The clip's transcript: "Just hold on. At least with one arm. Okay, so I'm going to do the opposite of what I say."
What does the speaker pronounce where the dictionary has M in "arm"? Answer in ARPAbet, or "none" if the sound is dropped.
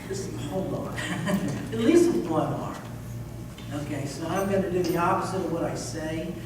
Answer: none